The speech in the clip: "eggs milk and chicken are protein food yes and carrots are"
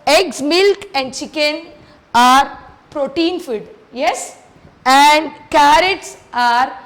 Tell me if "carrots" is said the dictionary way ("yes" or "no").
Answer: yes